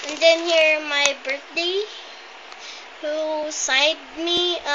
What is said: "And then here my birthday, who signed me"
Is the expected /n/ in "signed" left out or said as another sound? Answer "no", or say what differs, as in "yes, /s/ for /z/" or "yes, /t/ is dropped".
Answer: yes, /n/ is dropped